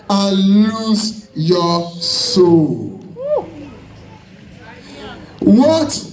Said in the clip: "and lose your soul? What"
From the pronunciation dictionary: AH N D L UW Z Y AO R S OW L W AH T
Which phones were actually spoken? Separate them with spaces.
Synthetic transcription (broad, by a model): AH L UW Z Y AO S OW L W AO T